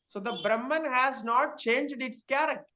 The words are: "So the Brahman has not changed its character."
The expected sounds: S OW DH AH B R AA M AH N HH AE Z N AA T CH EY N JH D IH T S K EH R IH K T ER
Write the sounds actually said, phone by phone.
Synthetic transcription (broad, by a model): S OW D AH B R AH M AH N HH AE Z N AA T CH EY N JH D IH T S K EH R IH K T